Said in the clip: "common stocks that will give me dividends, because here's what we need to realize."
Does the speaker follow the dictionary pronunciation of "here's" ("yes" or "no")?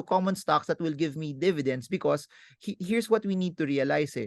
no